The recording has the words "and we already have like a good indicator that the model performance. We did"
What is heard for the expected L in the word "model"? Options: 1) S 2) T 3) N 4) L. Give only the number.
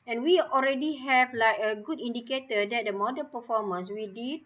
3